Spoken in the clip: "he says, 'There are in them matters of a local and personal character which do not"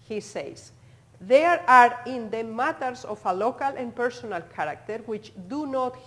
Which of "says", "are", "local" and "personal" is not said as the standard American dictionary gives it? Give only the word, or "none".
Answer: says